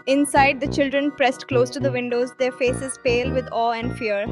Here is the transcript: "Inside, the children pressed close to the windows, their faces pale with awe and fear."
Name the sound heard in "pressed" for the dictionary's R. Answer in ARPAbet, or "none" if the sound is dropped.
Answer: R